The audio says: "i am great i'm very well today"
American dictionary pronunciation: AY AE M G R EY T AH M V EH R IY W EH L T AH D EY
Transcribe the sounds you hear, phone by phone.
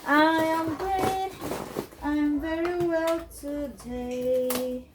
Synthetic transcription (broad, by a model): AY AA M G EY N AH M V EH R IY W EH L T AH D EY